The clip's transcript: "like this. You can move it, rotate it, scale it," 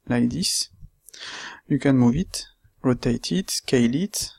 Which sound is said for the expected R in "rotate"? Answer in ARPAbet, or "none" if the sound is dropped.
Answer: R